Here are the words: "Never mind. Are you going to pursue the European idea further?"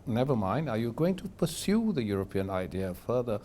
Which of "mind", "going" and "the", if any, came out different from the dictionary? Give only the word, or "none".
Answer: none